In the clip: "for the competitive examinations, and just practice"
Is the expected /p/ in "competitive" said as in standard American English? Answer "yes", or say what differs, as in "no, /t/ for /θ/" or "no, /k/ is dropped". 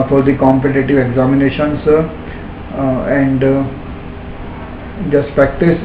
yes